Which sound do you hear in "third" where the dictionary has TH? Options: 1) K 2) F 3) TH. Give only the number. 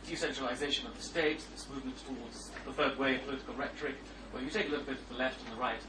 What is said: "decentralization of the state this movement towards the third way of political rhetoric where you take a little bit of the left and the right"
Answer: 2